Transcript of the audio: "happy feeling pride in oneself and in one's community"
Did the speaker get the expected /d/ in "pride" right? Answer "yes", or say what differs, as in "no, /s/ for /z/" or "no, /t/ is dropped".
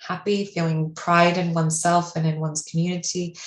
yes